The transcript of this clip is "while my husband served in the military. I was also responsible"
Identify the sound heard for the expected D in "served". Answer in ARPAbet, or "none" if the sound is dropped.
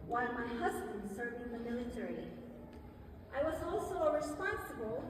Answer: none